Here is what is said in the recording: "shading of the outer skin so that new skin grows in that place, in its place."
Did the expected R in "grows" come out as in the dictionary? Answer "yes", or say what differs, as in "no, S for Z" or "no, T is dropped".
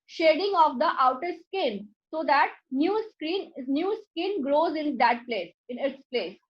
yes